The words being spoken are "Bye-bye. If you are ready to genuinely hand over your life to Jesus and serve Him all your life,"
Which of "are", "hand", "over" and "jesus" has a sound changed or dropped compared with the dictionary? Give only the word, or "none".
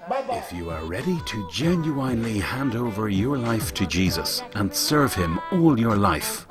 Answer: none